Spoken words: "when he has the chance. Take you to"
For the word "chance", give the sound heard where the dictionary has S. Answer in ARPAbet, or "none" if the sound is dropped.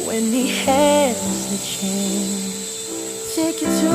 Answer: none